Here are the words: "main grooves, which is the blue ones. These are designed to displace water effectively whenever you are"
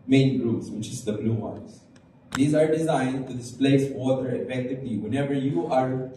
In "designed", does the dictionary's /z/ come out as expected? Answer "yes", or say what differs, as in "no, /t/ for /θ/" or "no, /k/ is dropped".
yes